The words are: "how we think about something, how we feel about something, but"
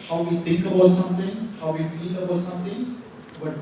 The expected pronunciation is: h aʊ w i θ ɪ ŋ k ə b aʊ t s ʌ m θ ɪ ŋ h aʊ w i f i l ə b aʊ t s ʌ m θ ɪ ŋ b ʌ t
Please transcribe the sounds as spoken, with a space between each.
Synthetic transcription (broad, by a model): h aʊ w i t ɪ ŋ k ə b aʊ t s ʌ m t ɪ ŋ h aʊ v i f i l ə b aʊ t s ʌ m t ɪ ŋ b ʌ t